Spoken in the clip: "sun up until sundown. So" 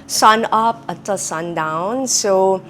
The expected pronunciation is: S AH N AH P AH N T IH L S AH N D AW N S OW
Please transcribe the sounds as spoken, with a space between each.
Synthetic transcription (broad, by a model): S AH N AH P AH T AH S AH N D AW N S OW